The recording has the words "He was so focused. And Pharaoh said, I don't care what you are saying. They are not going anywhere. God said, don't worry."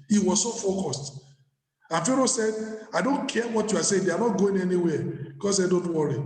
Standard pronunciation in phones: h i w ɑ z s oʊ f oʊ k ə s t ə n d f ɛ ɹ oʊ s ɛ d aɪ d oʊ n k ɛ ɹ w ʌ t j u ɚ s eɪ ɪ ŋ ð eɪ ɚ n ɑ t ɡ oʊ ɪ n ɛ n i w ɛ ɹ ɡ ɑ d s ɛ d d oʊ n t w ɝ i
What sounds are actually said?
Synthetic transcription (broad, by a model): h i w ɑ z s oʊ f oʊ k ə s t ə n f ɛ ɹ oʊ s ɛ d aɪ d oʊ n k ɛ w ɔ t j u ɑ s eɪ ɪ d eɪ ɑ n ɑ t ɡ oʊ ɪ n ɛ n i w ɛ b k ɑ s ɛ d d oʊ n t w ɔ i